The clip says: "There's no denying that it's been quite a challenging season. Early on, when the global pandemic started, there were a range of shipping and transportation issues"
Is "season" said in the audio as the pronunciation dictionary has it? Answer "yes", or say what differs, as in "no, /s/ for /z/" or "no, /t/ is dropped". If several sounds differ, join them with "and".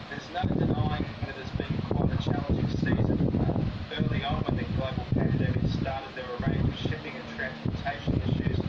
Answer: yes